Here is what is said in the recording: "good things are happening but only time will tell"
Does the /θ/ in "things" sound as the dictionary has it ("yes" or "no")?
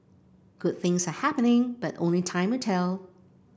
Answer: yes